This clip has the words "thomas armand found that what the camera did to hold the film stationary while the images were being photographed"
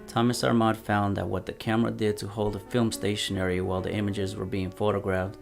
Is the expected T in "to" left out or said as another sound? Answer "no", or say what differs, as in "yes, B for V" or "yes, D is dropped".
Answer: no